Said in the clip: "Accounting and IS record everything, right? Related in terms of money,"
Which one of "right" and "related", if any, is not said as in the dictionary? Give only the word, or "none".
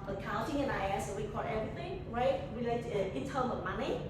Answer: related